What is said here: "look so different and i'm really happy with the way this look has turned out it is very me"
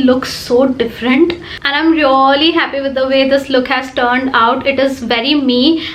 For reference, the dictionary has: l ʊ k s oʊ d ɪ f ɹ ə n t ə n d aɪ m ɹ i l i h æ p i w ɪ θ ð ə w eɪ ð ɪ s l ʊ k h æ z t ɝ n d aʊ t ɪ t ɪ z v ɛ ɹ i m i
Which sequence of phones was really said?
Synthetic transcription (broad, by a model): l ʊ k s oʊ d ɪ f ɹ ə n t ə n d aɪ m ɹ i l i h æ p i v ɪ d ə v eɪ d ɪ s l ʊ k h æ z t ɝ n d aʊ t ɪ t ɪ z v ɛ ɹ i m i